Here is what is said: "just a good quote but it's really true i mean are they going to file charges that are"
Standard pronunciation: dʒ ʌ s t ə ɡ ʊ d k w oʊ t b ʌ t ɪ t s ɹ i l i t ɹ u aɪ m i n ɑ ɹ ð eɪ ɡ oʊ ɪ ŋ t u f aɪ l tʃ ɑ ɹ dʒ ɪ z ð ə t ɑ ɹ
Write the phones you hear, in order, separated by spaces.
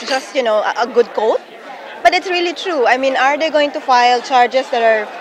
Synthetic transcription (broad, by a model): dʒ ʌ s t ə ɡ ʊ d k oʊ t b ʌ t ɪ t s ɹ i l i t ɹ u aɪ m i n ɑ ɹ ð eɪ ɡ oʊ ɪ ŋ t u f aɪ l tʃ ɑ ɹ dʒ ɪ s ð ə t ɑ ɹ